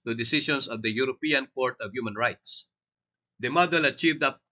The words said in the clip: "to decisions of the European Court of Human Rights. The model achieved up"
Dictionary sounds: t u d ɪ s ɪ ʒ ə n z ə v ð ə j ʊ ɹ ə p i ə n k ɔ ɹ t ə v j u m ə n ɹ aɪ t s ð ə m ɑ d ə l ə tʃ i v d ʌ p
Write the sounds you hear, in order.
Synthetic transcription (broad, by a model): t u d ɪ s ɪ ʃ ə n s ə v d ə j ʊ ɹ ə p i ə n k ɔ ɹ t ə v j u m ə n ɹ aɪ t s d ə m ɑ d ə l ə tʃ i v d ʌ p